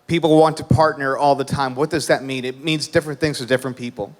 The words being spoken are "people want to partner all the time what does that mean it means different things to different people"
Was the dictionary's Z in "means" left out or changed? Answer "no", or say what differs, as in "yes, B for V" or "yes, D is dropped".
no